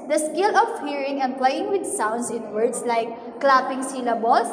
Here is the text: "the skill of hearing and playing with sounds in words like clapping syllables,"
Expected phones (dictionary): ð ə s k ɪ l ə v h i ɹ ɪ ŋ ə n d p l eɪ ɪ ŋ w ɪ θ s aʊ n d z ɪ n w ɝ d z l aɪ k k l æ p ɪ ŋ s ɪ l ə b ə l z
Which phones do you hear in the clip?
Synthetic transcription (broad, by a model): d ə s k ɪ l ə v h i ɹ ɪ ŋ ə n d p l eɪ ɪ ŋ w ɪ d s aʊ n d s ɪ n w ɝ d s l aɪ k k l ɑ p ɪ ŋ s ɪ l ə b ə l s